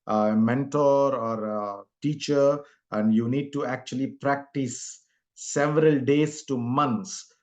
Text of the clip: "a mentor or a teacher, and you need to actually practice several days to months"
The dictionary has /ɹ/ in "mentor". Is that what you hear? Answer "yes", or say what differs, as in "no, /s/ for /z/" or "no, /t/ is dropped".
yes